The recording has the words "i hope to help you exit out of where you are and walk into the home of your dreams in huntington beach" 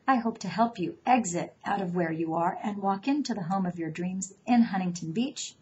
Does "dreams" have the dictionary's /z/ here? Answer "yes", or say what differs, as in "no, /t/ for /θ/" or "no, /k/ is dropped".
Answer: yes